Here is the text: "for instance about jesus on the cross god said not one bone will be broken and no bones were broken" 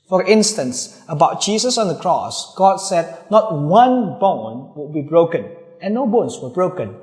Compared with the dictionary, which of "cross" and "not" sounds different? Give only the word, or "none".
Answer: none